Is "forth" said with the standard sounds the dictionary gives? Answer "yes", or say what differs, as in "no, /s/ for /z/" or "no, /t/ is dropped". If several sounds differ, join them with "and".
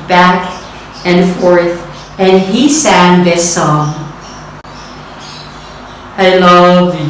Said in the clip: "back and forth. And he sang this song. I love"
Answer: yes